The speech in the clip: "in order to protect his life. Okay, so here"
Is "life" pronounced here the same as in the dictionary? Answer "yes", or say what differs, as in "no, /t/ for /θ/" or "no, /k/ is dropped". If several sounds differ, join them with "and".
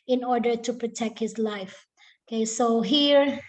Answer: yes